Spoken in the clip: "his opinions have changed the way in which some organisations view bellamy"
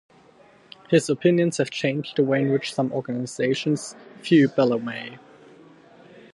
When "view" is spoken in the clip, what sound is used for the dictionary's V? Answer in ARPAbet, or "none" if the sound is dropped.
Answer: F